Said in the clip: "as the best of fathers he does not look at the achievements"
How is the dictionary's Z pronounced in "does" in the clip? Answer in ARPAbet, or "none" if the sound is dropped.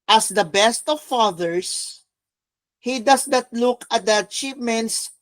S